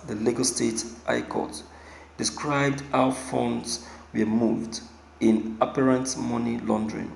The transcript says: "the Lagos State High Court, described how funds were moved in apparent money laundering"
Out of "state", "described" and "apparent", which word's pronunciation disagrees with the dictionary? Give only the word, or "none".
none